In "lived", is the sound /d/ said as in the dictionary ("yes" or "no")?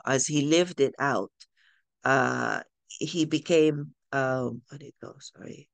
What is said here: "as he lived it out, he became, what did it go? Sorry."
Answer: yes